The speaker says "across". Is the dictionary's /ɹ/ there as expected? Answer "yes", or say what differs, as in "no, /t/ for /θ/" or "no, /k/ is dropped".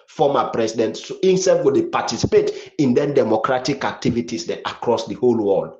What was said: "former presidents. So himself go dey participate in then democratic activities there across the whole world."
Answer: yes